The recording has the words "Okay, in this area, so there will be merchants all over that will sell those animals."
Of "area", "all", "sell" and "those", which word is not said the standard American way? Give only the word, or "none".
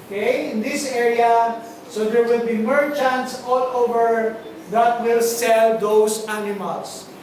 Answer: those